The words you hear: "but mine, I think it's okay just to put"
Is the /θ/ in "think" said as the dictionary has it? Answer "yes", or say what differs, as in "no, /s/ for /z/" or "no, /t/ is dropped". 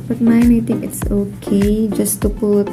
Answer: no, /t/ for /θ/